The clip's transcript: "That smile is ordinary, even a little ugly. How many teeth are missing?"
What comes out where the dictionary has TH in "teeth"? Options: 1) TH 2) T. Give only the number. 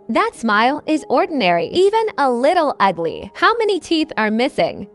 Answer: 1